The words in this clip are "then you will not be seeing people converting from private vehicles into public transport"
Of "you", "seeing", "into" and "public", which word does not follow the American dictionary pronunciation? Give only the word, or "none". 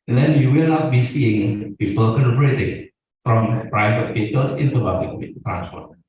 public